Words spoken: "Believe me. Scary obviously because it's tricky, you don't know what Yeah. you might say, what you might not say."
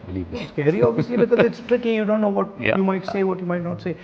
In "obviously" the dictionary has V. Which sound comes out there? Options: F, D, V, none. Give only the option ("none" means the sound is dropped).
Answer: none